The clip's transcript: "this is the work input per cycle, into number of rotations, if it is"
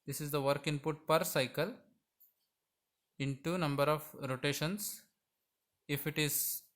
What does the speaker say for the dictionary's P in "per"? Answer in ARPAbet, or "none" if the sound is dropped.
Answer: P